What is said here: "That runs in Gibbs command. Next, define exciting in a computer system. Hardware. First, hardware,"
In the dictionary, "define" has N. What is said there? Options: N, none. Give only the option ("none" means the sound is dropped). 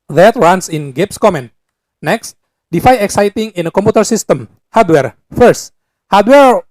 none